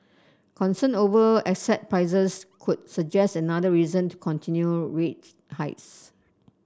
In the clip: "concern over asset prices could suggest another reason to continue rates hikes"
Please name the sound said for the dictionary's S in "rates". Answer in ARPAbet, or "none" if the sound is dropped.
none